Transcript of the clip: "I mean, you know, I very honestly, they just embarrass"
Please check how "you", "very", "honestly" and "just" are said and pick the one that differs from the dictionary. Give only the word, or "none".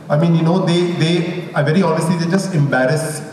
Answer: none